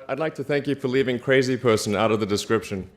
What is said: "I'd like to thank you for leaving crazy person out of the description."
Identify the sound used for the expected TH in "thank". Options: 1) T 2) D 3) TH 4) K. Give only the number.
3